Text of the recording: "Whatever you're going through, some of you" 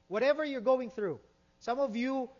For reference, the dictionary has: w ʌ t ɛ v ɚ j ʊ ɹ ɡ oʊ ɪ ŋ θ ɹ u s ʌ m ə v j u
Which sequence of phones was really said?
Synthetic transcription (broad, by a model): w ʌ t ɛ v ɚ j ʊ ɹ ɡ oʊ ɪ ŋ θ ɹ u s ʌ m ə v j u